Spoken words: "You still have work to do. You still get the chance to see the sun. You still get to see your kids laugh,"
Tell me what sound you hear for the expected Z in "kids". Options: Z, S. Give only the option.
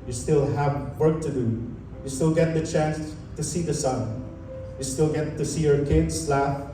S